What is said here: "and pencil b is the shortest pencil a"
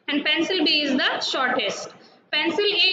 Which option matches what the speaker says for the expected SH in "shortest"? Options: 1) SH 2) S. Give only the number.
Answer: 1